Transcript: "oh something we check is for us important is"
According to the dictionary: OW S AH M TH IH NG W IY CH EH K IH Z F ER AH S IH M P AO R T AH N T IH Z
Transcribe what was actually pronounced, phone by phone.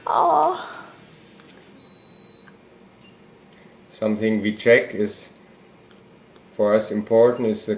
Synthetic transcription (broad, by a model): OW S AH M TH IH NG W IY CH EH K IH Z F ER AH S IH M P AO R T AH N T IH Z